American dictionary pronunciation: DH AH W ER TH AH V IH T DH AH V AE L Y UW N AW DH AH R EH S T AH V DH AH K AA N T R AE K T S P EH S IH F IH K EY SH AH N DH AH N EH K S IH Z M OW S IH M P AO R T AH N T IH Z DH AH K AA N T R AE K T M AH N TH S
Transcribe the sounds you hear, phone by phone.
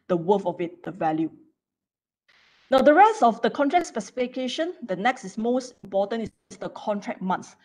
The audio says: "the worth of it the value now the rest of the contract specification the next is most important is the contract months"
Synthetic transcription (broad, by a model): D AH W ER F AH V IH T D AH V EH L Y UW N AW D AH R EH S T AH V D AH K AA N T R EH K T S P EH S IH F IH K EY SH AH N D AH N EH K S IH S M OW S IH M P AO T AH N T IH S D AH K AA N T R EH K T M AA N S